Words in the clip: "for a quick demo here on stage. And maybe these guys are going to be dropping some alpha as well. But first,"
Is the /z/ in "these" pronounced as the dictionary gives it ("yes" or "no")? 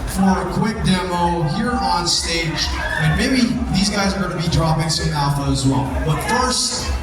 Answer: yes